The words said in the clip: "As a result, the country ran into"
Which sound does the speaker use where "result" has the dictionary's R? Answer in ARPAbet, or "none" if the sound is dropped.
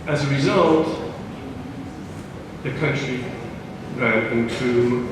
R